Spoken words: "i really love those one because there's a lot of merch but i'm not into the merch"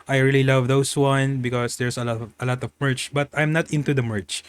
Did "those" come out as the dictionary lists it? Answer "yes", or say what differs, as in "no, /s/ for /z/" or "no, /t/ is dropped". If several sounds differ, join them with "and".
no, /s/ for /z/